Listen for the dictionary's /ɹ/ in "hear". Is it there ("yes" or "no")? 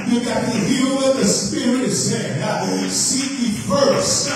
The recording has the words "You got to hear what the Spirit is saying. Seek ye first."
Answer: no